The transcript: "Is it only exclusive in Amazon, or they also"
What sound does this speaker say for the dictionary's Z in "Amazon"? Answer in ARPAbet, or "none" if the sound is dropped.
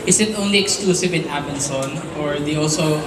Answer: S